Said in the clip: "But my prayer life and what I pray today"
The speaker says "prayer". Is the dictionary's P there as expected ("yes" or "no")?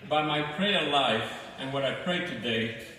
yes